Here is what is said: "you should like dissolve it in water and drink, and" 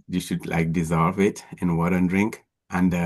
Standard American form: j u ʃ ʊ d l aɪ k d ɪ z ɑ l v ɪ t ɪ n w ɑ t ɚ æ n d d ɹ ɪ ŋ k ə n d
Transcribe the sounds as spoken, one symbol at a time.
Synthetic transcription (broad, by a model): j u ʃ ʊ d l aɪ k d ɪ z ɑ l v ɪ t ɪ n w ɑ t ɚ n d d ɹ ɪ ŋ k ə n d